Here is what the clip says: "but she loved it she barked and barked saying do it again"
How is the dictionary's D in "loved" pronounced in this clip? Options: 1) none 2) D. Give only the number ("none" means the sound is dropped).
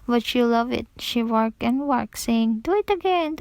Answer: 1